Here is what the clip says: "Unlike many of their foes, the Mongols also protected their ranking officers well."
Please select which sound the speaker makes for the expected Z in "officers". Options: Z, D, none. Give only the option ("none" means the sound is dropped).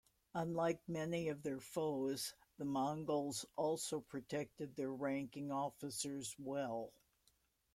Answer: Z